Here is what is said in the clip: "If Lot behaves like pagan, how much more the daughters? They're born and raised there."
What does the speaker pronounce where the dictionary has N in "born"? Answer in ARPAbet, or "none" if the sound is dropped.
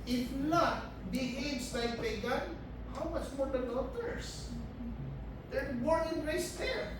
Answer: none